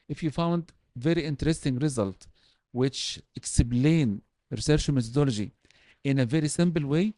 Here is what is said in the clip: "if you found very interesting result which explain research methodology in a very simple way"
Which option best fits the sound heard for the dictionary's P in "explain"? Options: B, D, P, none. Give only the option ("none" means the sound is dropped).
B